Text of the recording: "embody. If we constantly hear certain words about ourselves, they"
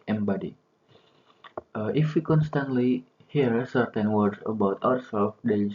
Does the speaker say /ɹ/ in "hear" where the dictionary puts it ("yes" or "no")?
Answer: yes